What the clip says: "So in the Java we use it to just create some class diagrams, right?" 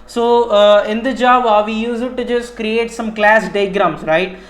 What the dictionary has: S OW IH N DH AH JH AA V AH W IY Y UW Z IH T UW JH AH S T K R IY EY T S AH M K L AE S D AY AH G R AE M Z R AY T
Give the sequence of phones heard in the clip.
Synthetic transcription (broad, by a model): S OW IH N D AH JH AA B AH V IY Y UW Z IH T UW JH AH S T K R IY EY T S AH M K L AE S D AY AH G R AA M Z R AY T